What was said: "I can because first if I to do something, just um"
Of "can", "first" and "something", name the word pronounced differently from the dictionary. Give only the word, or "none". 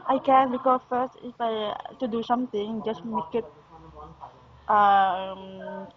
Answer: something